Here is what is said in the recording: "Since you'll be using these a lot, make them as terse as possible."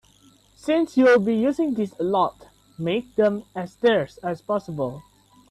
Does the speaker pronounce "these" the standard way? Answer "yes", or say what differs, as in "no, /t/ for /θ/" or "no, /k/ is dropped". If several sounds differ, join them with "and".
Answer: no, /s/ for /z/